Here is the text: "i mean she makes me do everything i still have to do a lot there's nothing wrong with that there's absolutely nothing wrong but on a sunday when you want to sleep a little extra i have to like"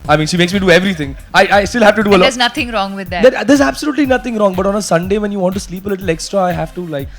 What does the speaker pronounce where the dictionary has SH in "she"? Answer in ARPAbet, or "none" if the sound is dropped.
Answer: SH